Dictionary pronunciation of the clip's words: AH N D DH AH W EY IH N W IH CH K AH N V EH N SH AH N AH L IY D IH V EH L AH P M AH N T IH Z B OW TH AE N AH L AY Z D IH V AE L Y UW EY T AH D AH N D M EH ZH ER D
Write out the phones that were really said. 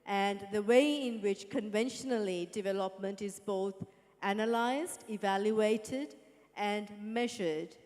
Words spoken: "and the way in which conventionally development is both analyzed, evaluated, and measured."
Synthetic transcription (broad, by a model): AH N DH AH W EY IH N W IH CH K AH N V EH N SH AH N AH L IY D IH V EH L AH P M AH N T IH Z B OW TH AE N AH L AY Z D IH V AE L Y UW EY T AH D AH N M EH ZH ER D